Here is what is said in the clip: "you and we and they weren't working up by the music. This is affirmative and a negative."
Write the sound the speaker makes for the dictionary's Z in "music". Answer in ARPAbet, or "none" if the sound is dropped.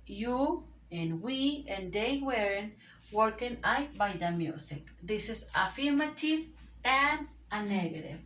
S